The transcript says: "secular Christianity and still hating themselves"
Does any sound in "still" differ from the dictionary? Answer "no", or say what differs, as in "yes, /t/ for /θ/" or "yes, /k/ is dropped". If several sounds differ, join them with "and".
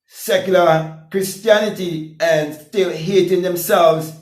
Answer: no